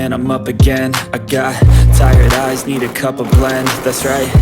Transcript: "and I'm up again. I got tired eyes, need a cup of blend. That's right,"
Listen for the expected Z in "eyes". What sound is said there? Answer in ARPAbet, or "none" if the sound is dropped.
Z